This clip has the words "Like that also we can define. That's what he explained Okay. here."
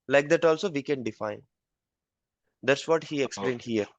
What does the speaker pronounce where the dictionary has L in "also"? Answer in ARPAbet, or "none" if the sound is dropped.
L